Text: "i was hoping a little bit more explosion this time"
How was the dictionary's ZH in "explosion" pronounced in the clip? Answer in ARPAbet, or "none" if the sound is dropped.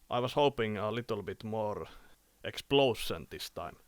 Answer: S